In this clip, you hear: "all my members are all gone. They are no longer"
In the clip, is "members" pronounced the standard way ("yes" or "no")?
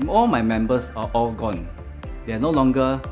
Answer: no